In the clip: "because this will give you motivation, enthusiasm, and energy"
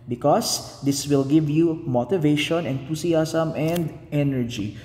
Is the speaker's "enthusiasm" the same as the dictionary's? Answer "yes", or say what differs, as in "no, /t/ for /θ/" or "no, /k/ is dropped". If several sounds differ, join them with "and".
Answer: no, /t/ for /θ/ and /s/ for /z/ and /s/ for /z/